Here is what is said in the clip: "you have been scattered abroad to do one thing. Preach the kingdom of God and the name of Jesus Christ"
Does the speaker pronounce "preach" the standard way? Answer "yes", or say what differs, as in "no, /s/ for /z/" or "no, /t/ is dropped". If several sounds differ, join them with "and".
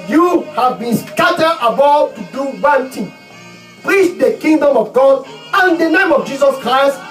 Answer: yes